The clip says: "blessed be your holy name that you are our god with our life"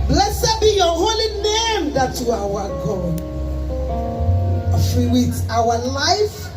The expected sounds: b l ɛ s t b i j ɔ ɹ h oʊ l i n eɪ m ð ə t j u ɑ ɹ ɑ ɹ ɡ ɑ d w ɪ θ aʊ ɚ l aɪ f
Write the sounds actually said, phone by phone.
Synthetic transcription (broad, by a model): b l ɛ s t b i j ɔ h oʊ l i n eɪ m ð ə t j u ɑ w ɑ ɡ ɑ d w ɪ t aʊ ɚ l aɪ f